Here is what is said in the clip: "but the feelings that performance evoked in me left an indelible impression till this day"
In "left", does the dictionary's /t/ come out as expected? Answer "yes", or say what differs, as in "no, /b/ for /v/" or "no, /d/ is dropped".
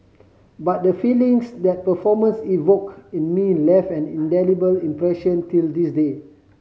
no, /t/ is dropped